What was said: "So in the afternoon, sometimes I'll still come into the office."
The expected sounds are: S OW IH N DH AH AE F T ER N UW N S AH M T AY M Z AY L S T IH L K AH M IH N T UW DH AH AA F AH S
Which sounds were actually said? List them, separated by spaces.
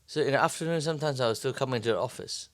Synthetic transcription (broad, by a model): S OW IH N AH F T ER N UW N S AH M T AY M Z AY W S T IH L K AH M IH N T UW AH AA F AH S